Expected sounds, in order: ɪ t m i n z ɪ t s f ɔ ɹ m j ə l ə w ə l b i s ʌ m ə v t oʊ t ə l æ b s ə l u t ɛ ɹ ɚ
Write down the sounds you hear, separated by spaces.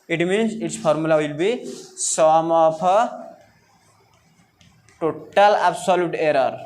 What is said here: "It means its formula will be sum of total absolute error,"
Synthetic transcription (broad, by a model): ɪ t m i n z ɪ t s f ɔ ɹ m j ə l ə w ə l b i s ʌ m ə p t oʊ t ə l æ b s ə l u t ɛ ɹ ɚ